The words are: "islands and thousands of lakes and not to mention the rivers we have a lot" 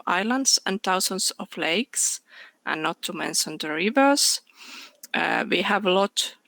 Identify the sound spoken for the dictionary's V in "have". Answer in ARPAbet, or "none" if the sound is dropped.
V